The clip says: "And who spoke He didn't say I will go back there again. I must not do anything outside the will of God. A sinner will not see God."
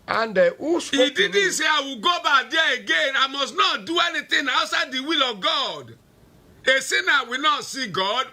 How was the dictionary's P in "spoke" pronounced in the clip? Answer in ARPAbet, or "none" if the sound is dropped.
none